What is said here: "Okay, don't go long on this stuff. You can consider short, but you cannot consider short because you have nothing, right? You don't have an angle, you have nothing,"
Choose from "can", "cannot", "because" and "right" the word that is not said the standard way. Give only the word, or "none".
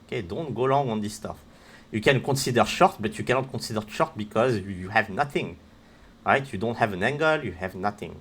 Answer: none